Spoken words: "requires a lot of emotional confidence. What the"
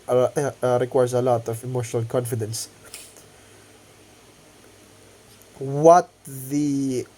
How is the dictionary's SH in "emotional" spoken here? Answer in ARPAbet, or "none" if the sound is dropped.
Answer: SH